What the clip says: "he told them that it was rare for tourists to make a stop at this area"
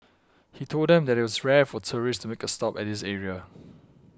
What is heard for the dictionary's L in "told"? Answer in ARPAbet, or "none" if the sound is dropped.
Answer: L